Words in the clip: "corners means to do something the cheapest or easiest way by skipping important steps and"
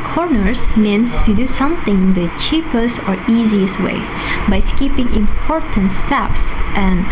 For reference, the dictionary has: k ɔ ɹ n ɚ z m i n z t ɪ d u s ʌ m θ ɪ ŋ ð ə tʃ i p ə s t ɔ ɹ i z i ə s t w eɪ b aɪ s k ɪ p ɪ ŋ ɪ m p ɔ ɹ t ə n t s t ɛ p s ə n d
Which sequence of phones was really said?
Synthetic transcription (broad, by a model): k ɔ ɹ n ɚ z m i n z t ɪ d u s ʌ m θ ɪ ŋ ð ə tʃ i p ə s t ɔ ɹ i z i ə s t w eɪ b aɪ s k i p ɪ ŋ ɪ m p ɔ ɹ t ə n t s t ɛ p s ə n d